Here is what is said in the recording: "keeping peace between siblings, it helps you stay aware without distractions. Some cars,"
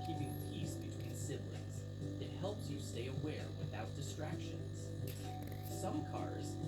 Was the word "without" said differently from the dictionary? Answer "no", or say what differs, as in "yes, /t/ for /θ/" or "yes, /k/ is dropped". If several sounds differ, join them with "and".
no